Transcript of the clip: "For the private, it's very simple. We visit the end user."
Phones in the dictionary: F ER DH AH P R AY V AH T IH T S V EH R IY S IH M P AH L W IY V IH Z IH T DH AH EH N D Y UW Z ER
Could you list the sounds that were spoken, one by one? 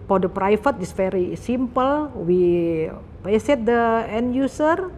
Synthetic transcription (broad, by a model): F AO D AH P R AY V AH T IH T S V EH R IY S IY M P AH L W IY P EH S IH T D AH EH N Y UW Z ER